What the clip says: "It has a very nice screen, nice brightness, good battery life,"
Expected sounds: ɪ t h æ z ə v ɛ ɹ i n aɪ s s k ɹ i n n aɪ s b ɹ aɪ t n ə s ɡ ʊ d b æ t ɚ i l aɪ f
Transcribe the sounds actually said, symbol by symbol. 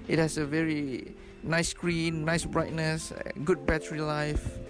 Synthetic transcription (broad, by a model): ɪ t h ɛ s ə v ɛ ɹ i n aɪ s s k ɹ i n n aɪ s b ɹ aɪ t n ə s ɡ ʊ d b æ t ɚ i l aɪ f